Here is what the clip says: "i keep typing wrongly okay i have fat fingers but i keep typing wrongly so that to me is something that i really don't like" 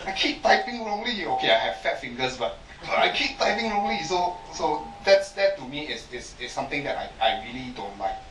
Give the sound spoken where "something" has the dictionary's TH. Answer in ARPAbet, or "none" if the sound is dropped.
T